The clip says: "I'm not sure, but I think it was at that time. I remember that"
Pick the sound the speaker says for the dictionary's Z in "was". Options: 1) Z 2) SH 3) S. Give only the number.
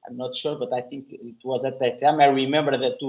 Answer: 1